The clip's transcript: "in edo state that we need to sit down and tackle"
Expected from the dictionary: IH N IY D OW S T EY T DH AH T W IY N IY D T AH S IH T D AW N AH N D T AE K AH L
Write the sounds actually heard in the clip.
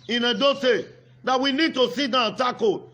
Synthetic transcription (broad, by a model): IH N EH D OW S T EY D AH T W IY N IY D T AH S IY T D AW AH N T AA K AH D